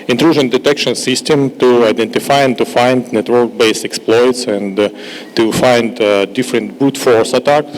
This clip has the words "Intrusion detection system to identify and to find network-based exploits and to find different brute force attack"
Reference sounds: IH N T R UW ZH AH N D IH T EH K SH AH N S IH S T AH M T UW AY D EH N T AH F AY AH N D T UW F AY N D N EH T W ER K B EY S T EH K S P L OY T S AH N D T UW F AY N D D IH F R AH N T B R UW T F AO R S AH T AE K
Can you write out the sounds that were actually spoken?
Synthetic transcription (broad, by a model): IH N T R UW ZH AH N D IH T EH K SH AH N S IH S T AH M T UW AY D EH N T AH F AY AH N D T UW F AY N D N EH T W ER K B EY S EH K S P L OY T S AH N T UW F AY N D D IH F R AH N T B UW T F AO R S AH T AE K